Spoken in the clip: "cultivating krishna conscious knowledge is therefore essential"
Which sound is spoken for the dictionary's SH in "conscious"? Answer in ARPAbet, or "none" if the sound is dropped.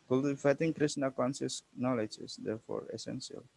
S